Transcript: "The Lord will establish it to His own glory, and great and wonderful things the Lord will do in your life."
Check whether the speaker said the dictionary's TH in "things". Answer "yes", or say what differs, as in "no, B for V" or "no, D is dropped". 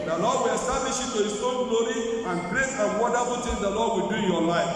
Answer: no, T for TH